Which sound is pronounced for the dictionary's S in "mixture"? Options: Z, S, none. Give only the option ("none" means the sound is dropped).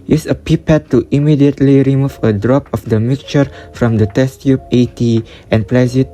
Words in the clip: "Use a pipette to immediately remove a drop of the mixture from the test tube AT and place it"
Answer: none